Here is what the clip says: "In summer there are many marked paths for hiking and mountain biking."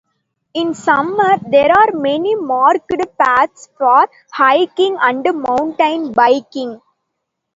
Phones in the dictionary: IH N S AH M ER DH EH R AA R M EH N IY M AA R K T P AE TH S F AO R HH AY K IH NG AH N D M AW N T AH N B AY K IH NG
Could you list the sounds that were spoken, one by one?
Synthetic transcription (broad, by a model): IH N S AH M ER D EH R AA R M EH N IY M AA R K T P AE T S F AO R HH AY K IH NG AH N D M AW N T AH N B AY K IH NG